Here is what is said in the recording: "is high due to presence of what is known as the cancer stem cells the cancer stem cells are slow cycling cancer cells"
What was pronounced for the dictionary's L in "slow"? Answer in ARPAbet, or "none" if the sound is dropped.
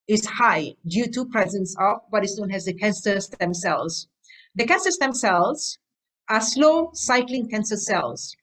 L